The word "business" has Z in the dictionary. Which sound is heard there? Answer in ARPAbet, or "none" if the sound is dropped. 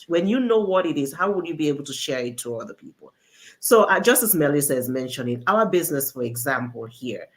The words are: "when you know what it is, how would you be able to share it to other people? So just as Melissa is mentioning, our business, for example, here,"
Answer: Z